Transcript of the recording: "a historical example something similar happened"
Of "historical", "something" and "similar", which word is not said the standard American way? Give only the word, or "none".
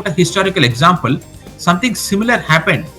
something